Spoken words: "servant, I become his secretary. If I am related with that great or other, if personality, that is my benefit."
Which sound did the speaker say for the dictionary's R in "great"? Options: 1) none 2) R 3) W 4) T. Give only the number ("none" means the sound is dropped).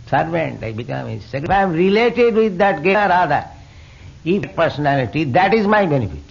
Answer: 1